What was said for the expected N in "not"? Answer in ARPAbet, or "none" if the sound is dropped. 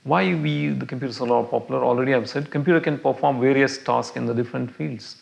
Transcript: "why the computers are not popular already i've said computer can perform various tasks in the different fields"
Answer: L